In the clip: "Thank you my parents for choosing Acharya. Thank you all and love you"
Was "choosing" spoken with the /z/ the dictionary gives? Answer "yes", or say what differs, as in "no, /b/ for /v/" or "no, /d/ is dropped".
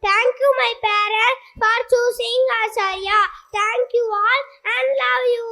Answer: no, /s/ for /z/